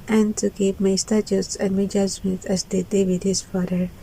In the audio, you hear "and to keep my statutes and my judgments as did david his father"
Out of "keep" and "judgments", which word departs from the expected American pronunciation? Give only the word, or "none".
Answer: judgments